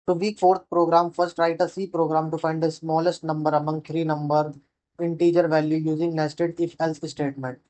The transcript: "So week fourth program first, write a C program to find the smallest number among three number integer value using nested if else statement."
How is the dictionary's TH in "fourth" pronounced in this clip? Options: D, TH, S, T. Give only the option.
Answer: T